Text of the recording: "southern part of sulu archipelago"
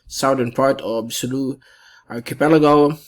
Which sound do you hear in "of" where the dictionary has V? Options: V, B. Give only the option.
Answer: B